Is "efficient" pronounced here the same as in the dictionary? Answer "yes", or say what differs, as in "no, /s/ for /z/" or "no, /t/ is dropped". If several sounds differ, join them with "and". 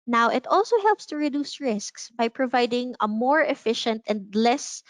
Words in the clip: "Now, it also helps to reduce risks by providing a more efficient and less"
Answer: yes